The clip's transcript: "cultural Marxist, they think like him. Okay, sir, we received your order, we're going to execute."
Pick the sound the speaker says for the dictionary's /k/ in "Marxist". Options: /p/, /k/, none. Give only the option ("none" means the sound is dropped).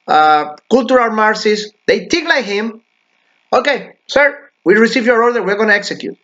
none